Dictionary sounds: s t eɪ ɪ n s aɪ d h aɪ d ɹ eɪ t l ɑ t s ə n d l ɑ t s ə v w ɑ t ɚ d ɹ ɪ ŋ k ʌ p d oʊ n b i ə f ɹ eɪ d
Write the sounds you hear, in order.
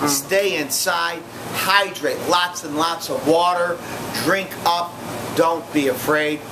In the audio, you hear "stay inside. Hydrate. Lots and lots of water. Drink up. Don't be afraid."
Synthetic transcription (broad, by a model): s t eɪ ɪ n s aɪ d h aɪ d ɹ eɪ t l ɑ t s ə n l ɑ t s ə v w ɑ t ɚ d ɹ ɪ ŋ k ʌ p d oʊ n b i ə f ɹ eɪ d